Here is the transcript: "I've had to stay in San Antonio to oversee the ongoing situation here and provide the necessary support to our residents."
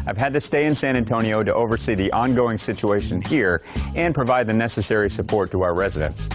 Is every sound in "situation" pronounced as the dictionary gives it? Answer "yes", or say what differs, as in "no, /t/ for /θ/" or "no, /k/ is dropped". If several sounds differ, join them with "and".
yes